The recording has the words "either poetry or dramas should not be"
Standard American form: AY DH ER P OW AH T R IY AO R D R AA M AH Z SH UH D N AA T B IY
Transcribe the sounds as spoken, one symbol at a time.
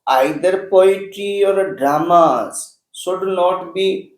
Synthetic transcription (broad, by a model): AY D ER P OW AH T IY AO R D R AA M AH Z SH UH D N AA T B IY